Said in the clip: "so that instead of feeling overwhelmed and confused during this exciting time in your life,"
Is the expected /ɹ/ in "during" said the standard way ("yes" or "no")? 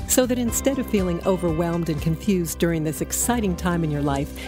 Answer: yes